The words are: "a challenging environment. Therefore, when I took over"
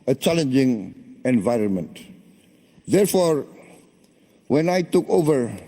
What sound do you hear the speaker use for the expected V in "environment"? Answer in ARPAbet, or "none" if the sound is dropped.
V